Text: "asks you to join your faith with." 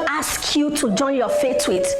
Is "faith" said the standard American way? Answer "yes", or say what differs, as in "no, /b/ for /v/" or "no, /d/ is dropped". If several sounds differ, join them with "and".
no, /t/ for /θ/